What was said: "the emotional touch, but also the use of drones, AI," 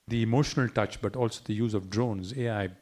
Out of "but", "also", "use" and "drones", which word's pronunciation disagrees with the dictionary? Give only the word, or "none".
none